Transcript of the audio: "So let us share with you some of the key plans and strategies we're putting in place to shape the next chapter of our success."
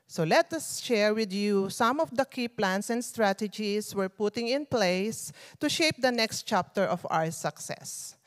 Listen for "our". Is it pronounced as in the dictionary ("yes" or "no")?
no